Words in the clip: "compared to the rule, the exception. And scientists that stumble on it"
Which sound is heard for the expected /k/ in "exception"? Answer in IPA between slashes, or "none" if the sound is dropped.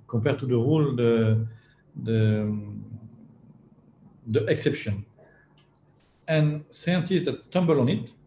/k/